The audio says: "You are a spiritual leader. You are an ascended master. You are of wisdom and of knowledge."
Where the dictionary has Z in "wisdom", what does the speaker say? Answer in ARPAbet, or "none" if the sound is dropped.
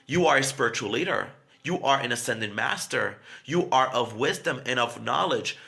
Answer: Z